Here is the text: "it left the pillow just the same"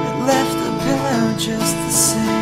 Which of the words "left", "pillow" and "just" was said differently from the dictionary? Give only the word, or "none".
pillow